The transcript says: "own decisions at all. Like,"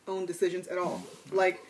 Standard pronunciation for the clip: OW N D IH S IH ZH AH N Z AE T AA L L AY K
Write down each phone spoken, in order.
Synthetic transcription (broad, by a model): OW N D IH S IH ZH AH N Z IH T AA L L AY K